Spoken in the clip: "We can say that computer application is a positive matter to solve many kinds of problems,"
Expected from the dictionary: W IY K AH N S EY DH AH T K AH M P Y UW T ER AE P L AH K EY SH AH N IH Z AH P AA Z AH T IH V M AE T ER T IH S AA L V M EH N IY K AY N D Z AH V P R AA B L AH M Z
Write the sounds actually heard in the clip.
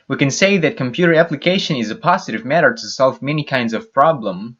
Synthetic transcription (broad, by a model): W IY K AH N S EY DH AH T K AH M P Y UW T ER AE P L AH K EY SH AH N IH Z AH P AA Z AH T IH V M AE T ER T IH S AA L V M EH N IY K AY N D Z AH V P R AA B L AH M